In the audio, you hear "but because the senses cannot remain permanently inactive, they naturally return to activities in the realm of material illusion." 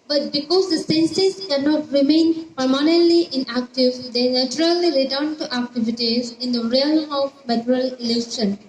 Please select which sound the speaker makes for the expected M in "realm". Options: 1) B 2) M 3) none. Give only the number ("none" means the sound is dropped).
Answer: 3